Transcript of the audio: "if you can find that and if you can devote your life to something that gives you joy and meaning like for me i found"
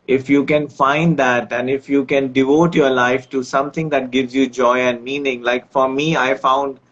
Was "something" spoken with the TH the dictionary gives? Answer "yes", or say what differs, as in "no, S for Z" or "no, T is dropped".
no, T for TH